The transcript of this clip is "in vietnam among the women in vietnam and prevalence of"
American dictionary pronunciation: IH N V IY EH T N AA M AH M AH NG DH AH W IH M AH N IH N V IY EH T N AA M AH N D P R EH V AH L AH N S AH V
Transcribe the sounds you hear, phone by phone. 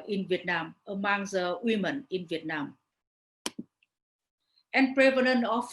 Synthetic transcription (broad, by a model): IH N V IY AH T N AA M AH M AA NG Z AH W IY M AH N IH N V IY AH T N AA M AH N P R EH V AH N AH N AH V